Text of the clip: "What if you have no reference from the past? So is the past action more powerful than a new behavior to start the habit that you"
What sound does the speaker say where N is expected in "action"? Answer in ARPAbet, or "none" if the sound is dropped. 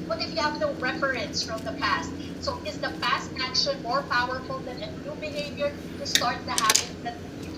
L